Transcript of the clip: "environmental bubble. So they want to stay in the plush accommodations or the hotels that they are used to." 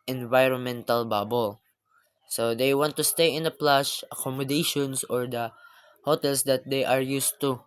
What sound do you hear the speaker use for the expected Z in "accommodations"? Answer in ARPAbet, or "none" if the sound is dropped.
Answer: S